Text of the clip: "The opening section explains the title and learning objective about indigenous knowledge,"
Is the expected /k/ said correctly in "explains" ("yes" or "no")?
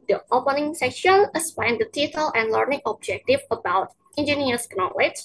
no